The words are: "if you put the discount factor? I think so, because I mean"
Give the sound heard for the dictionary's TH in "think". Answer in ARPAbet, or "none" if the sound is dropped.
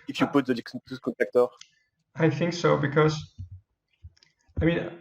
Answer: TH